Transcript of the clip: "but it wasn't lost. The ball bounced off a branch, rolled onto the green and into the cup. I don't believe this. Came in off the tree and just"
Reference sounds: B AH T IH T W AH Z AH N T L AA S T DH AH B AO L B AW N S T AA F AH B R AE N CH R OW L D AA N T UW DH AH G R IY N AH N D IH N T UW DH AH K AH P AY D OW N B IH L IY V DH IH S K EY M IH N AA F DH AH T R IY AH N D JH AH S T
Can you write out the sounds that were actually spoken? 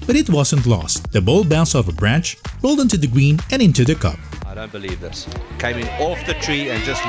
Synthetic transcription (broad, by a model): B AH T IH T W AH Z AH N T L AA S T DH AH B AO L B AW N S AA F AH B R AE N CH R OW L D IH N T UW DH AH G R IY N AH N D IH N T UW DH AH K AH P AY D OW N B IH L IY V DH IH S K EY M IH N AA F DH AH T R IY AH N JH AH S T